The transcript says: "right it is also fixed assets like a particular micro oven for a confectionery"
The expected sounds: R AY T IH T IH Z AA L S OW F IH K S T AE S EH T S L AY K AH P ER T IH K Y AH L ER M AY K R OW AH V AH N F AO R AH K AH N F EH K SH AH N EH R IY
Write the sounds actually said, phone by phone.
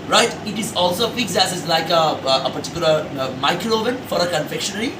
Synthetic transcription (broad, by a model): R AY T IH T IH Z AA L S OW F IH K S AE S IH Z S L AY K AH P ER T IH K Y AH L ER M AY K R OW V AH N F AO R AH K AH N F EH K SH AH N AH R IY